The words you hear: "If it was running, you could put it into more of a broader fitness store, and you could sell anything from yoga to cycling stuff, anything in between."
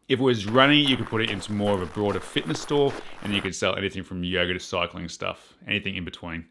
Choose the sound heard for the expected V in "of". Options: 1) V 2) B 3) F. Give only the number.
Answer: 1